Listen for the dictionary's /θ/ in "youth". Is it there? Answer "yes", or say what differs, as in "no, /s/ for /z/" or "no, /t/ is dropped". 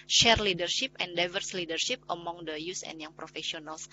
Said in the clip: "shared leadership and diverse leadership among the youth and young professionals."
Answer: no, /s/ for /θ/